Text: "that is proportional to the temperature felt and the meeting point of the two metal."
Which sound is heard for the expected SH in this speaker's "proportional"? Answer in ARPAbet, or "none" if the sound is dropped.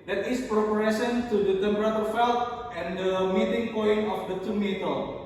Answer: none